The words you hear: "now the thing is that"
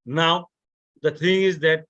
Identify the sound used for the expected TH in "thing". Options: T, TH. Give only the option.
T